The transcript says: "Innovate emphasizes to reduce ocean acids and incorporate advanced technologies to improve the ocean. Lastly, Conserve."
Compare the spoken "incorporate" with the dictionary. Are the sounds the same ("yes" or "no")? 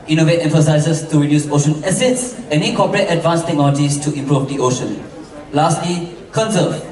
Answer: no